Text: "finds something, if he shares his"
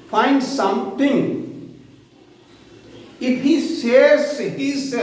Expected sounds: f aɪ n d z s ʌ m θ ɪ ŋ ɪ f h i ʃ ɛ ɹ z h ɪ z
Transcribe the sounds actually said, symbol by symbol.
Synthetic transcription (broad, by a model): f aɪ n d s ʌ m t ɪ ŋ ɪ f h i s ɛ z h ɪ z